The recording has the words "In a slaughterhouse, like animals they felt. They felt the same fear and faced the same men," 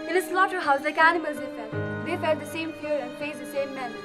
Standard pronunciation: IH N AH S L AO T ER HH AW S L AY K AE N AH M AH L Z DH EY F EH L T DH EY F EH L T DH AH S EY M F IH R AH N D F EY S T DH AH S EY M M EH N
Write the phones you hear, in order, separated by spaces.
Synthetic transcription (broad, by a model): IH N AH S L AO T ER HH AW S L AY K AE N AH M AH L Z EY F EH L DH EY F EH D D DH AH S EY M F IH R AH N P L EY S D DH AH S EY M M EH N